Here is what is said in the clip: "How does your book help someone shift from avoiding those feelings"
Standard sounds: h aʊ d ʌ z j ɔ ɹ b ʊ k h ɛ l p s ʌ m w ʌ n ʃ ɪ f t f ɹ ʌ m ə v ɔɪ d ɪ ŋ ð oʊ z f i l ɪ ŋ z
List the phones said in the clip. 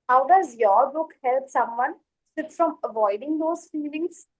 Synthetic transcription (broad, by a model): h aʊ d ʌ z j ɔ ɹ b ʊ k h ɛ l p s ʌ m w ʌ n s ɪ t f ɹ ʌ m ə v ɔɪ d ɪ ŋ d oʊ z f i l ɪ ŋ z